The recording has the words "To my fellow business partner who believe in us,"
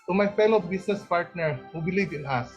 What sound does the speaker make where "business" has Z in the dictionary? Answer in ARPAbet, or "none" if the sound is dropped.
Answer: S